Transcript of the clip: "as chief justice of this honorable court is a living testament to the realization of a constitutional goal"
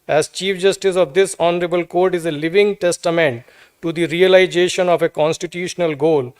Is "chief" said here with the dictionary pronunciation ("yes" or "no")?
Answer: yes